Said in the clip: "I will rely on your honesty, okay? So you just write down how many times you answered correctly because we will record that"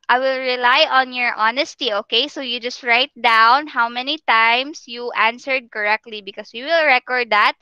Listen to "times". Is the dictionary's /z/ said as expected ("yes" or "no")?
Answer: no